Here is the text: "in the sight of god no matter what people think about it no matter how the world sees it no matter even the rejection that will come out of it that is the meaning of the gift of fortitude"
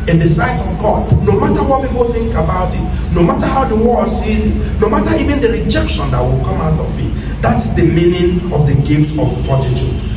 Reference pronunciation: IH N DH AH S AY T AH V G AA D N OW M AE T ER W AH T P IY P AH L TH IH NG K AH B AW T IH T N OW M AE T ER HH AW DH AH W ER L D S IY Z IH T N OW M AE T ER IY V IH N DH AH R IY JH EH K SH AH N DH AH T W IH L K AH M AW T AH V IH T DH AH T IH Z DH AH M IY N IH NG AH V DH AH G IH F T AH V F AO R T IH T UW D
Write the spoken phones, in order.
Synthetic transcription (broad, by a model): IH N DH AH S AY T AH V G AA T N OW M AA T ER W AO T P IY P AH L TH IH NG K AH B AW T IH T N OW M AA T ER HH AW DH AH W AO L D S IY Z IH T N OW M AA T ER IY V IH N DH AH R IY JH EH K SH AH N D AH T W IH L K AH M AW T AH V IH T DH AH T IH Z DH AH M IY N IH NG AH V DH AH G IH F T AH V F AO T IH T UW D